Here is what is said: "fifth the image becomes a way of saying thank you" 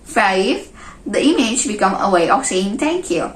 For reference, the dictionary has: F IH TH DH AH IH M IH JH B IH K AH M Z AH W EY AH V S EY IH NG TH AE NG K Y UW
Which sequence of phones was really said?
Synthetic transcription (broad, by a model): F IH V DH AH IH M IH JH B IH K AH M AH W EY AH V S EY IH NG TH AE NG K Y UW